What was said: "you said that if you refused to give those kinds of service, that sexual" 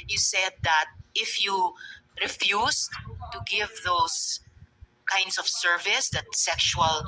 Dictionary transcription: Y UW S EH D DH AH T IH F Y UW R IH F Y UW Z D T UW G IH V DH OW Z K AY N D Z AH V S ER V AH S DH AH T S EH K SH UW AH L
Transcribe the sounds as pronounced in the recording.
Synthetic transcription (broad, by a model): Y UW S EH D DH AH T IH F Y UW R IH F Y UW S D T UW G IH V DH OW S K AY N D S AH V S ER V AH S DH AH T S EH K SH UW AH L